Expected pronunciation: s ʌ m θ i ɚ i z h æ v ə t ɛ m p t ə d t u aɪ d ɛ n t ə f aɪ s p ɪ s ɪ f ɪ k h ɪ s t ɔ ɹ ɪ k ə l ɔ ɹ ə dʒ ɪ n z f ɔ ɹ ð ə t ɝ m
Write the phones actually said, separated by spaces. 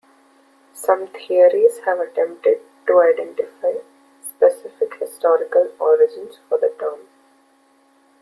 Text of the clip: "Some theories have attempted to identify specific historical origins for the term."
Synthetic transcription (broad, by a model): s ʌ m t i ɚ i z h æ v ə t ɛ m p t ə d t u aɪ d ɛ n t ə f aɪ s p ɪ s ɪ f ɪ k h ɪ s t ɔ ɹ ɪ k ə l ɔ ɹ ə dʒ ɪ n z f ɔ ɹ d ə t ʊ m